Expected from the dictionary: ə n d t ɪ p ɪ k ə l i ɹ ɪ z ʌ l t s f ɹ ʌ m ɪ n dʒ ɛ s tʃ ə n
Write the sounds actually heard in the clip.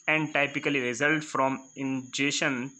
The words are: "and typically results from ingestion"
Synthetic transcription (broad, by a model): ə n d t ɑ p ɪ k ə l i ɹ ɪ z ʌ l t f ɹ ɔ m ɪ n dʒ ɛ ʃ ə n